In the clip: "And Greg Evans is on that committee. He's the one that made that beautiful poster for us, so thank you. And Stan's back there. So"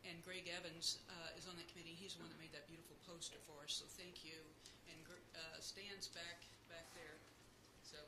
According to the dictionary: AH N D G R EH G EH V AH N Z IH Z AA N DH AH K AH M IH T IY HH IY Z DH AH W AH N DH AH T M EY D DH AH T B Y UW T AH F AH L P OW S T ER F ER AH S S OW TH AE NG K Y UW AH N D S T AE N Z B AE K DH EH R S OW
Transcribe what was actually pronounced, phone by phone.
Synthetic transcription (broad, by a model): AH N G R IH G EH V AH N Z IH Z N DH AH K AH M IH T IY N IY Z DH AH W AH N DH AH T M EY D DH AH T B Y UW T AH F L P OW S T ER F ER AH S S OW TH AE NG K Y UW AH N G S T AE N Z B AE K DH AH R S OW